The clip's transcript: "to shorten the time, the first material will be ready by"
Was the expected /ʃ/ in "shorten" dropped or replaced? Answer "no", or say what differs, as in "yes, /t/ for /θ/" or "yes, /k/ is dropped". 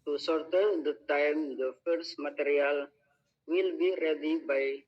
yes, /s/ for /ʃ/